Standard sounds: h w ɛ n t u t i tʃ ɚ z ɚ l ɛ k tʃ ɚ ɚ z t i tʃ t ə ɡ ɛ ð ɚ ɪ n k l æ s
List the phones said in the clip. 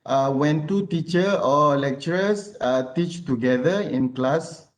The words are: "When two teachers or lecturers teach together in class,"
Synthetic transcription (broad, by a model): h w ɛ n t u t i tʃ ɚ ɔ l ɛ k tʃ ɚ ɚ s t i tʃ t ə ɡ ɛ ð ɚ ɪ n k l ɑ s